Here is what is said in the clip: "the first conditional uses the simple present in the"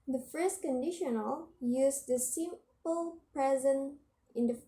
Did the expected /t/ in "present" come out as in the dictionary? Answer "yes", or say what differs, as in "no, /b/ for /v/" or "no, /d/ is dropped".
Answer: no, /t/ is dropped